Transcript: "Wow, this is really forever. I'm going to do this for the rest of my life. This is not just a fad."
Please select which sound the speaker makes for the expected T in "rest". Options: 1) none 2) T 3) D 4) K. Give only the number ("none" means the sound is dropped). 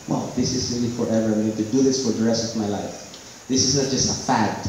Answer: 2